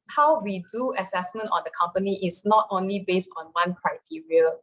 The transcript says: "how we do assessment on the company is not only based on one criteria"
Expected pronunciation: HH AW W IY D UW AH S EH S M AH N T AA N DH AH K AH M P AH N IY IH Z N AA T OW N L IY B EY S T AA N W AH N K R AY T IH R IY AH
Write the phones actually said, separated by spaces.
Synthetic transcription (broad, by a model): HH AW W IY D UW AH S EH S M AH N T AA N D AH K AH M P AH N IY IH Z N AA T OW N L IY B EY S T AA N W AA N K R AY T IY R IY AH